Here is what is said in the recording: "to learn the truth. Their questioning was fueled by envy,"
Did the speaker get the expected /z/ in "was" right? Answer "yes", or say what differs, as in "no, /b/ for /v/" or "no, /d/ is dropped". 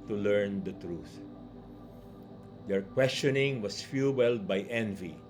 no, /s/ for /z/